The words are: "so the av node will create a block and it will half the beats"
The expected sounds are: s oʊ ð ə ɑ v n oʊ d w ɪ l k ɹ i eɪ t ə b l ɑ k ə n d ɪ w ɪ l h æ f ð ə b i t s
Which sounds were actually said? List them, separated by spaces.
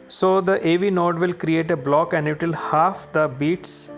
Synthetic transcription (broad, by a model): s oʊ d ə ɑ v n oʊ d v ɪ l k ɹ i eɪ t ə b l ɑ k ə n d ɪ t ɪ l h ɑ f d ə b i t s